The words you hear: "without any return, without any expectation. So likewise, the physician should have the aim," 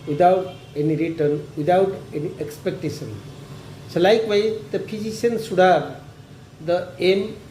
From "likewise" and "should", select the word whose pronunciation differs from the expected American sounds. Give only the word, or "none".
should